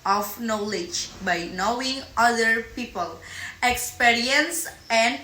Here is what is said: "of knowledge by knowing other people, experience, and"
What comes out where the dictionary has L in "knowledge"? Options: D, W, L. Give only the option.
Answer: L